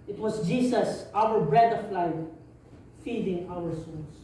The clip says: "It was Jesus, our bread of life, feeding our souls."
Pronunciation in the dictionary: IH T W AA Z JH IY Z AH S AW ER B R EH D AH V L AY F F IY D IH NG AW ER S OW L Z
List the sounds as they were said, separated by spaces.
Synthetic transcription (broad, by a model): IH T W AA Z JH IY S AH S AW ER B R EH D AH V L AY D F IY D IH NG AW ER S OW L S